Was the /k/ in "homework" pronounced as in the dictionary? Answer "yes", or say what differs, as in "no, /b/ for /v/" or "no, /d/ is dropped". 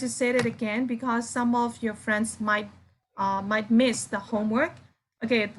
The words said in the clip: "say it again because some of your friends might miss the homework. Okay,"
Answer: yes